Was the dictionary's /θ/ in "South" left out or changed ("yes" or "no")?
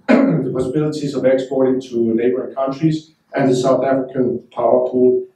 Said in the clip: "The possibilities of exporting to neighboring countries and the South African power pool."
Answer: no